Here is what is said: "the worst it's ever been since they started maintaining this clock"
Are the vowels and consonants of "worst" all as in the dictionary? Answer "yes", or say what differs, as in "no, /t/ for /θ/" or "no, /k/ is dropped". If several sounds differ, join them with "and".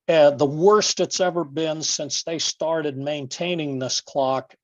yes